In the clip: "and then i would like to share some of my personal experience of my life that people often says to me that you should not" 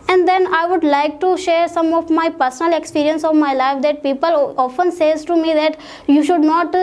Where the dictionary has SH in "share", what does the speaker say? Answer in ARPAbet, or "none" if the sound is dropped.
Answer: SH